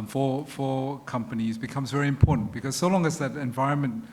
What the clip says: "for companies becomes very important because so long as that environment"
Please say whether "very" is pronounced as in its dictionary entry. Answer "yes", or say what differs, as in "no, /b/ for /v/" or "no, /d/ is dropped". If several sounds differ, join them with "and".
yes